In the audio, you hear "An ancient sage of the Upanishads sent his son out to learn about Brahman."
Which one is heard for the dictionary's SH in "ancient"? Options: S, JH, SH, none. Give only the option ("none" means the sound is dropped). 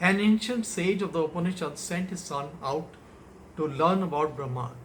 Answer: SH